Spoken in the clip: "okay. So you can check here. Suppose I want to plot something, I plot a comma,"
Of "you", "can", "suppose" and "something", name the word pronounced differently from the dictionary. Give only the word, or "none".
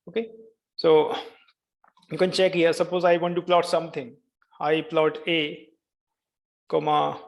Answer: something